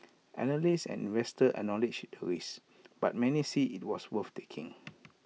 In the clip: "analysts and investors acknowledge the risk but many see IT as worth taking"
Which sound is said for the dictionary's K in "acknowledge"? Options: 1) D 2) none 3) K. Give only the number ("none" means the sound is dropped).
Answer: 2